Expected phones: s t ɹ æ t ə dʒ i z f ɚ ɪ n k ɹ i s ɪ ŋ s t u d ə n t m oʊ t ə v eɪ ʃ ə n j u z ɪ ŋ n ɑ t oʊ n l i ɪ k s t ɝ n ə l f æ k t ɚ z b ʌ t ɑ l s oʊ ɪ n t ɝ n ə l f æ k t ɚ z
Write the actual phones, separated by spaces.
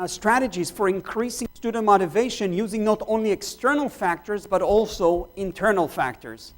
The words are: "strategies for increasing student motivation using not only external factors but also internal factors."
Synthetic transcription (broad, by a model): s t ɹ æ t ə dʒ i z f ɚ ɪ n k ɹ i s ɪ ŋ s t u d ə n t m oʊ t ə v eɪ ʃ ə n j u z ɪ ŋ n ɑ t oʊ n l i ɪ k s t ɝ n ə l f æ k t ɚ z b ʌ t ɑ l s oʊ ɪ n t ɝ n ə l f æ k t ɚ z